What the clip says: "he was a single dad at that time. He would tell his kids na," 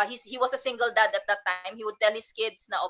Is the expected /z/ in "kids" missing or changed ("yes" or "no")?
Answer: yes